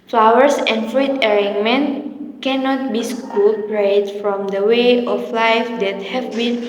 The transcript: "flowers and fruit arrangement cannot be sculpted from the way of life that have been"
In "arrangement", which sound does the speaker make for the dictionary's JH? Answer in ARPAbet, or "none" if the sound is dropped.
none